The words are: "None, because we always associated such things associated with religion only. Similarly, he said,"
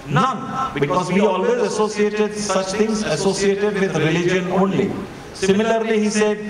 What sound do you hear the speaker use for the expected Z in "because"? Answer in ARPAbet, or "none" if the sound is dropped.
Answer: Z